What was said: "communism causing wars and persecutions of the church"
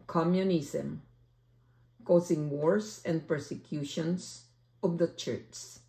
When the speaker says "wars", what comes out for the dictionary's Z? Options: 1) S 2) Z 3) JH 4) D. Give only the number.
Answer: 1